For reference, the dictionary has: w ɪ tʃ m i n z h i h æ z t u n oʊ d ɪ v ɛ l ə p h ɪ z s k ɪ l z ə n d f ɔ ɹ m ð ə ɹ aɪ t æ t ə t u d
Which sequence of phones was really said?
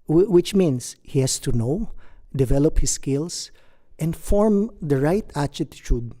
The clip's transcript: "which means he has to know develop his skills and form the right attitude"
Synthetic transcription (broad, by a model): w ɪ tʃ m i n s h i h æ s t u n oʊ d ɪ v ɛ l ə p h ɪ s k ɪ l s ə n d f ɔ ɹ m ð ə ɹ aɪ t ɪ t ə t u d